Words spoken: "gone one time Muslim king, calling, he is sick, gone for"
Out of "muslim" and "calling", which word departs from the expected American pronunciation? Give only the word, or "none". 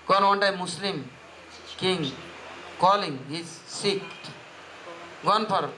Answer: muslim